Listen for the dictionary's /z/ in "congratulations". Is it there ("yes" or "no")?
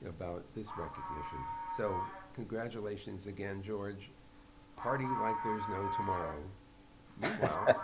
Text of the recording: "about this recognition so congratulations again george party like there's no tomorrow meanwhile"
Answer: yes